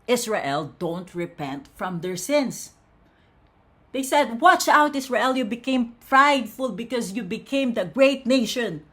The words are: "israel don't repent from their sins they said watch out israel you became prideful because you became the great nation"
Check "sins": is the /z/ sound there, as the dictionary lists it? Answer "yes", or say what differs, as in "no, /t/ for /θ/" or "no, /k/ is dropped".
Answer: no, /s/ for /z/